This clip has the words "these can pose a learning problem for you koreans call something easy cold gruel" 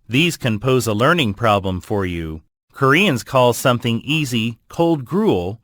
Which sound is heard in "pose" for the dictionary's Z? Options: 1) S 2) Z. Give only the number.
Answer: 2